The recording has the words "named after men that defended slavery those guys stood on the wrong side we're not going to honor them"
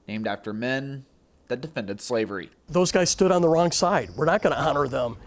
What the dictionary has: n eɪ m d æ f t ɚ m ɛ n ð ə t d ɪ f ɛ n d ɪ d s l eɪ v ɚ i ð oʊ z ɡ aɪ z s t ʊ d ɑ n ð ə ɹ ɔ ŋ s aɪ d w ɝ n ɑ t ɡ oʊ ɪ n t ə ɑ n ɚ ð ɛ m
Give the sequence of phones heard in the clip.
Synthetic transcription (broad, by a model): n eɪ m d æ f t ɚ m ɛ n ð ə t d ɪ f ɛ n d ɪ d s l eɪ v ɚ i ð oʊ z ɡ aɪ z s t ʊ d n ð ə ɹ ɔ ŋ s aɪ d w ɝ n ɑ t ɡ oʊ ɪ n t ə ɑ n ɚ ð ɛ m